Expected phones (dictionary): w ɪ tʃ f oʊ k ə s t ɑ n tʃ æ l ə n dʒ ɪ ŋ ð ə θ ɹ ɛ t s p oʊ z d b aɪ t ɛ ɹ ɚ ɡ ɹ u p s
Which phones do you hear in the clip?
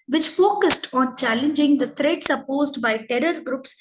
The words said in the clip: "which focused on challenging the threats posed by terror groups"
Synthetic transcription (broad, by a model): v ɪ tʃ f oʊ k ə s t ɑ n tʃ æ l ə n dʒ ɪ ŋ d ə t ɹ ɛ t s p oʊ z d b aɪ t ɛ ɹ ɚ ɡ ɹ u p s